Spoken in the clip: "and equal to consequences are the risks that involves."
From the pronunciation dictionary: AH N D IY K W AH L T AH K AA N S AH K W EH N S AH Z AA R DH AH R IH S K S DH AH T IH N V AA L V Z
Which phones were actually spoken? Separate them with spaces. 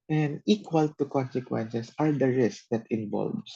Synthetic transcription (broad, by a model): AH N D IY K W AH L T AH K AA N S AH K W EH N S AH S AA R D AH R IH S K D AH T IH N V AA L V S